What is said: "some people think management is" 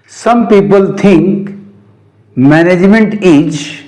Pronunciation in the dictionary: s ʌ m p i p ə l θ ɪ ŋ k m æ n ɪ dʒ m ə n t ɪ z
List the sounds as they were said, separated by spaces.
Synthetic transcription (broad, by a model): s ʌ m p i p ə l t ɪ ŋ k m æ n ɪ dʒ m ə n t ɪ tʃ